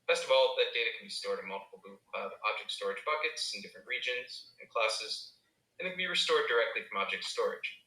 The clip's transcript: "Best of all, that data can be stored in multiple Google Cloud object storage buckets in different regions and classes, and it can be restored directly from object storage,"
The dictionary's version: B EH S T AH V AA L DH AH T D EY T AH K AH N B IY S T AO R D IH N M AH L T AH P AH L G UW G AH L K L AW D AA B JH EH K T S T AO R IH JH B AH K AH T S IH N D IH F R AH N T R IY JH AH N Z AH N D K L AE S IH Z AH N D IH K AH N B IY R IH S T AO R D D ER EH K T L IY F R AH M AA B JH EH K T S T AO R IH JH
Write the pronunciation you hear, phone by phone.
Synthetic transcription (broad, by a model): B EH S T AH V AA L DH AH T D EY T AH K N B IY S T AO R D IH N M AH L T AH P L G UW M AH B AW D AA B JH EH K T S T AO R IH JH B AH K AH T S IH N D IH F R AH N T R IY JH AH N Z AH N K L AE S IH Z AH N IH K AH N B IY R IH S T AO R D D ER EH K T L IY F R AH M AA B JH EH K T S T AO R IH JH